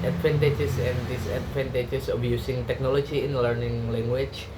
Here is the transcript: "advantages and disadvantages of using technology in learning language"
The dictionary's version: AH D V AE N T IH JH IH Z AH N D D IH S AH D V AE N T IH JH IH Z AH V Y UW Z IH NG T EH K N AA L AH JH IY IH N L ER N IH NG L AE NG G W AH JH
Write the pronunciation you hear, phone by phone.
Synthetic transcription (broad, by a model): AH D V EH N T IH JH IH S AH N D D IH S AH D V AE N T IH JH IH S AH B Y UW S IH NG T EH K N AA L AH JH IY IH N L ER N IH NG L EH NG G W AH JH